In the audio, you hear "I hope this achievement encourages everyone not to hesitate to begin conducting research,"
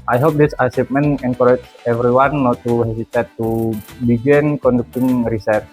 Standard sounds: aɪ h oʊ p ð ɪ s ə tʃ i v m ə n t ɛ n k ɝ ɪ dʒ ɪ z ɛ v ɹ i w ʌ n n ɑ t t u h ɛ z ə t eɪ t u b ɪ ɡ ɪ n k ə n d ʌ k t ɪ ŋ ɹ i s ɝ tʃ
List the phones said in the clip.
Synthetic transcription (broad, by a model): aɪ h oʊ p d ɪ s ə s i p m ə n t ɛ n k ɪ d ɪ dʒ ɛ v ɹ i w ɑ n n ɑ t t u h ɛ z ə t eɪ t u b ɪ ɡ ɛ n k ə n d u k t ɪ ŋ ɹ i s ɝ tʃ